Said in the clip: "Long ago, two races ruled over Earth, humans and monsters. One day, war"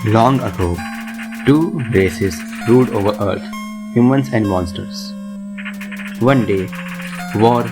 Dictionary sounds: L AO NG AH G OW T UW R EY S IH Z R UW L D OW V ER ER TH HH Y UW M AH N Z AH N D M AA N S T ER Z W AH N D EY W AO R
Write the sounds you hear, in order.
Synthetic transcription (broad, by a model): L AO NG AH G OW T UW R EY S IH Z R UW D OW V ER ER T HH Y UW M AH N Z AH N D M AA N S T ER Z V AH N D EY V AO R